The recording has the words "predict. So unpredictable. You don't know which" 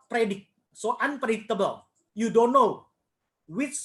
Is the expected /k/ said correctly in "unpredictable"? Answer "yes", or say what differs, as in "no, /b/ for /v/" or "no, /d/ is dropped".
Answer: no, /k/ is dropped